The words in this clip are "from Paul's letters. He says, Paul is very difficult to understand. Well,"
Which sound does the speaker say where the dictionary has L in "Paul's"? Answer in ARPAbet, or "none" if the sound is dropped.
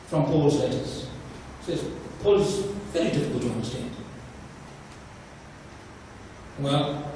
L